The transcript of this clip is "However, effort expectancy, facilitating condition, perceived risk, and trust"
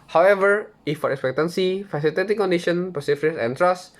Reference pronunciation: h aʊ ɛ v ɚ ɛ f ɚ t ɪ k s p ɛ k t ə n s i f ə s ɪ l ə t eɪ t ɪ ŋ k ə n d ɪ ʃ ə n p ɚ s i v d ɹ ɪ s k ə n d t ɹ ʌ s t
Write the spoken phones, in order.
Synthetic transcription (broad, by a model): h aʊ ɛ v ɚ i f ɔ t ɪ k s p ɛ k t ə n s i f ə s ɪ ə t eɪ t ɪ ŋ k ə n d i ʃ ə n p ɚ s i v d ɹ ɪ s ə n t ɹ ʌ s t